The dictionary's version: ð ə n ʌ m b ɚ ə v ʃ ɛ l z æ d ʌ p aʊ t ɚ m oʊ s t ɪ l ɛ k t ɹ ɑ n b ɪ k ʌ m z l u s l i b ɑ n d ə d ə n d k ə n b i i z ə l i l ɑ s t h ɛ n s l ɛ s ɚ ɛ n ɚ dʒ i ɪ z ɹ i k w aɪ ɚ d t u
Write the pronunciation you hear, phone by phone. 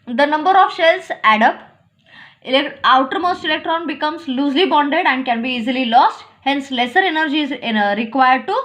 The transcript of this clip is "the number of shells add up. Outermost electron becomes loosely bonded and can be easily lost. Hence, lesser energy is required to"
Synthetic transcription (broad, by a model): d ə n ʌ m b ɚ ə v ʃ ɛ l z æ d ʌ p aʊ t ɚ m oʊ s t ɪ l ɛ k t ɹ ɑ n b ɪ k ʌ m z l u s l i b ɑ n d ə d ə n d k ə n b i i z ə l i l ɑ s t h ɛ n s l ɛ s ɚ ɛ n ɚ dʒ i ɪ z ɹ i k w aɪ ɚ d t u